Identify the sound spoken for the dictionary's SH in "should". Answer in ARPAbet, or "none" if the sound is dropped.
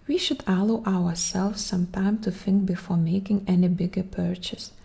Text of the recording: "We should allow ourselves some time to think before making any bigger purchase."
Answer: SH